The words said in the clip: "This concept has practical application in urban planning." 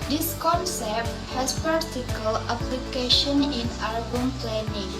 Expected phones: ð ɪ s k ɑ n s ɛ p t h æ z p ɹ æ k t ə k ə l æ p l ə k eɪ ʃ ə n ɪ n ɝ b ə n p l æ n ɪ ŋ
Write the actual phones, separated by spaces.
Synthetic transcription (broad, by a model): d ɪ s k ɑ n s ɛ p t h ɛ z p ɑ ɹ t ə k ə l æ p l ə k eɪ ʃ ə n ɪ n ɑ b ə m p l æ n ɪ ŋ